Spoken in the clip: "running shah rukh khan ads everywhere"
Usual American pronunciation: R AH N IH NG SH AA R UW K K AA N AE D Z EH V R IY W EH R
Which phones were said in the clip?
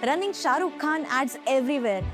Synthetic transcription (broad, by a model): R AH N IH NG SH AA R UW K K AA N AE D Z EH V R IY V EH R